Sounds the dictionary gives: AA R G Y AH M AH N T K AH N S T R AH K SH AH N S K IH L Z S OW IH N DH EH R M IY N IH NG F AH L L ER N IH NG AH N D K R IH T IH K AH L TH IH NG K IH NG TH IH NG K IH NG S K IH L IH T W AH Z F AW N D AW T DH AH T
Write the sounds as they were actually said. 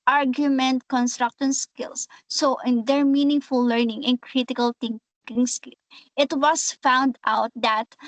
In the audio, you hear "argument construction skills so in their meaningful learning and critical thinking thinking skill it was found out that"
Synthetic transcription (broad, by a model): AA R G Y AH M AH N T K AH N S T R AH K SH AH N S K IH L S OW IH N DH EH R M IY N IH NG F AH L L ER N IH NG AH N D K R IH T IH K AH L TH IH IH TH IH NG K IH NG S K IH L IH T W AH S F AW N D AW T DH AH T